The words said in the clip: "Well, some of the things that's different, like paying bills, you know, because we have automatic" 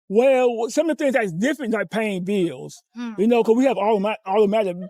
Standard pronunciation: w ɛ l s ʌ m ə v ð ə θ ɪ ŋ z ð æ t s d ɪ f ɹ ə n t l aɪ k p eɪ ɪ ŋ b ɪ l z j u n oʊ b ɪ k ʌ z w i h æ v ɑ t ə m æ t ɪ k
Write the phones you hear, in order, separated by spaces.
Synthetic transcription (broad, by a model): w ɛ l s ʌ m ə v ð ə θ ɪ ŋ z ð æ t s d ɪ f ɹ ə n t l aɪ k p eɪ ɪ ŋ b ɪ l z j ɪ n oʊ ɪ k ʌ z w i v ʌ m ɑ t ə m æ t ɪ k